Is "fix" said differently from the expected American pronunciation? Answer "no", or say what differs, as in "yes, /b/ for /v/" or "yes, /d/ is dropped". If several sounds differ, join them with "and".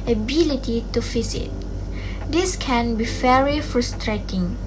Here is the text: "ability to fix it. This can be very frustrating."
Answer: yes, /k/ is dropped